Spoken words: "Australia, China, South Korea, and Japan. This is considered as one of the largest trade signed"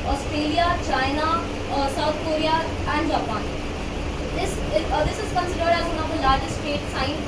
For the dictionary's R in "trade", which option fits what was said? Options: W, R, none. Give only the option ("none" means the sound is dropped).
none